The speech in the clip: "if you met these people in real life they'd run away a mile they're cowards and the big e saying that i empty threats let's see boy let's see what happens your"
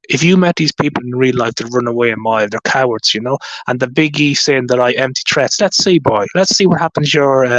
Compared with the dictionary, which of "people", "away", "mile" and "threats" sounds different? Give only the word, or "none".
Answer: threats